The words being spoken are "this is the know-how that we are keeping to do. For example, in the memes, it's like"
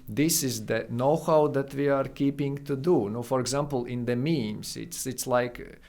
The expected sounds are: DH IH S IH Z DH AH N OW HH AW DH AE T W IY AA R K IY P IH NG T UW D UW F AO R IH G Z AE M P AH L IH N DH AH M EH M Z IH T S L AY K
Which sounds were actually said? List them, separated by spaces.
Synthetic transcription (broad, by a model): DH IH S IH Z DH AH N OW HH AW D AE T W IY AA R K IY P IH NG T UW D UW F AO R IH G Z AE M P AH L IH N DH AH M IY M S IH T S L AY K